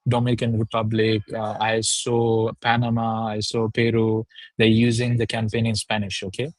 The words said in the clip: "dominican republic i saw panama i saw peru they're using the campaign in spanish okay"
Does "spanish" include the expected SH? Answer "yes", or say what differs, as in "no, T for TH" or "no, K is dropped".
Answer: yes